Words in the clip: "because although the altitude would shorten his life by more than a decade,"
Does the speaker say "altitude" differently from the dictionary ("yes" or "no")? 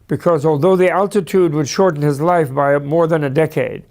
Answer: no